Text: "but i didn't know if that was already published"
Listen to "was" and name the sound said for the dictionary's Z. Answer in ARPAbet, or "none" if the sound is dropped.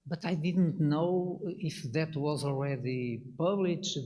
Z